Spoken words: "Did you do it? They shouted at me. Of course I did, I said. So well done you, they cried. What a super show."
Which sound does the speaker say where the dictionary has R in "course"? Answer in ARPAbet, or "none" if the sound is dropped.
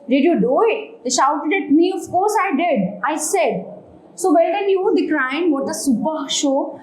R